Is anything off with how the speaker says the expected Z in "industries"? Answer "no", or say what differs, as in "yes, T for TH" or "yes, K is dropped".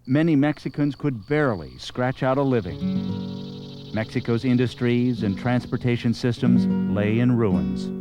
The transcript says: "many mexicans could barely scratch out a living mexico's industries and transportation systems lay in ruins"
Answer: no